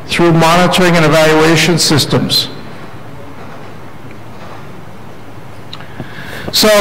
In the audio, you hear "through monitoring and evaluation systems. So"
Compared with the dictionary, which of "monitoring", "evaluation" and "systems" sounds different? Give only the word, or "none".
none